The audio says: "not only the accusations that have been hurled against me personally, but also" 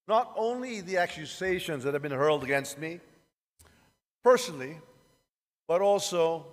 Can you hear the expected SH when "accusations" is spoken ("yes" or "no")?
yes